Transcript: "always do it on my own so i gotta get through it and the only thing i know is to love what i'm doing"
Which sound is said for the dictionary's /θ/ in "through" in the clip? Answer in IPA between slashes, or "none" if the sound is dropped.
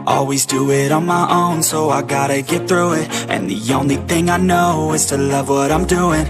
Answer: /θ/